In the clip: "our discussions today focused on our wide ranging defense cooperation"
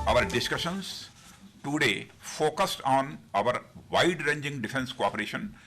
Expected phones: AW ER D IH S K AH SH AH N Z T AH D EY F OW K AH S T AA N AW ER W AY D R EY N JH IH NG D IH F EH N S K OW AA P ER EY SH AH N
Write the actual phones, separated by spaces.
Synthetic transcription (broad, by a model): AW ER D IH S K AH SH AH N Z T AH D EY F OW K AH S T AA N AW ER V AY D R EY N JH IH NG D IH F EH N S K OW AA P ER EY SH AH N